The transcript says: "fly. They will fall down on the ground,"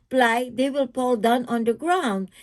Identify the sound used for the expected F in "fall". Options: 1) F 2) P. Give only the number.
2